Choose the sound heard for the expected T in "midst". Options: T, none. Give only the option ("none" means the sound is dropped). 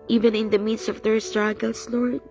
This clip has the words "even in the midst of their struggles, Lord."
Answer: none